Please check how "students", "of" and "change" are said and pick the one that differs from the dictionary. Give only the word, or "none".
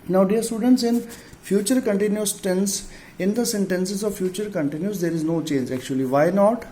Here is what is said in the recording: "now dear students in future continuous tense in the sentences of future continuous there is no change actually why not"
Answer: none